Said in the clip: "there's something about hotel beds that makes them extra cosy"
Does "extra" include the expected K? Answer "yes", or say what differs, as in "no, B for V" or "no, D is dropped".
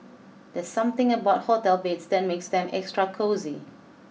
yes